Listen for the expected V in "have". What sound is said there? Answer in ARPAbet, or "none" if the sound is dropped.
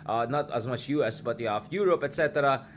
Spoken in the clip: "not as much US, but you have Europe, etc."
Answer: F